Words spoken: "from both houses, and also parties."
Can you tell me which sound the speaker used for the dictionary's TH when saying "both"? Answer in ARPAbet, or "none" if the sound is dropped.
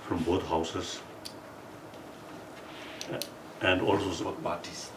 T